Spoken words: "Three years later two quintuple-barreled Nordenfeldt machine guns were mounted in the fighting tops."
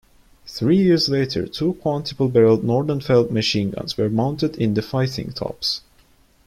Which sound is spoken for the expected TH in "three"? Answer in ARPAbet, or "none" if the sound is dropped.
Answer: TH